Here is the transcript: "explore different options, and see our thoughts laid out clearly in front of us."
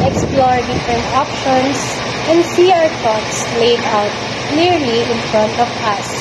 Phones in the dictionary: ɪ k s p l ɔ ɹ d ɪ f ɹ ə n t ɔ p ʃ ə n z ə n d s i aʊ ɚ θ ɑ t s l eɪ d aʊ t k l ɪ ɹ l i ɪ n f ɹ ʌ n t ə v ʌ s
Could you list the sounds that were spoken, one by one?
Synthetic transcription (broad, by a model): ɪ k s p l ɔ ɹ d ɪ f ɹ ə n t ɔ p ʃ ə n s ə n d s i aʊ ɚ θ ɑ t s l eɪ d aʊ t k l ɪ ɹ l i ɪ n f ɹ ʌ n t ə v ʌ s